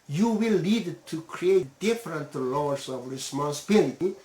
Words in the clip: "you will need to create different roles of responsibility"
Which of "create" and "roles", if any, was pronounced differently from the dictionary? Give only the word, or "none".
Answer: roles